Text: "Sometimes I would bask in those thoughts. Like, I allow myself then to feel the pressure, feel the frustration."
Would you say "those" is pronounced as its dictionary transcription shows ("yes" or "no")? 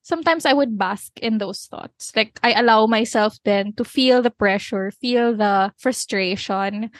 no